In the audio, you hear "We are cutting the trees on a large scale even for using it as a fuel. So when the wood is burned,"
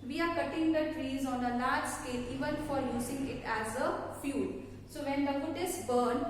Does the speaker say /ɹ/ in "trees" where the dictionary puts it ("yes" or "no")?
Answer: yes